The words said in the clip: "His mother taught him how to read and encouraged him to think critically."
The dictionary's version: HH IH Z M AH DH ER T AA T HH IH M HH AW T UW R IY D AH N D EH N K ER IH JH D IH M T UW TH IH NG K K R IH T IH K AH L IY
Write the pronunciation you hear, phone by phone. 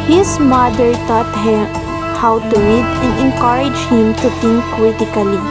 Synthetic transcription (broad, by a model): HH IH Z M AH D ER T AA T HH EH HH AW T UW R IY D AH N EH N K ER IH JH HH IH M T UW T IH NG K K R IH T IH K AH L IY